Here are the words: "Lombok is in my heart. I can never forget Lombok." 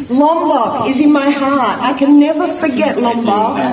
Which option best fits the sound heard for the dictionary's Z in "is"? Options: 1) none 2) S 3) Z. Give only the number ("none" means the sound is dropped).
3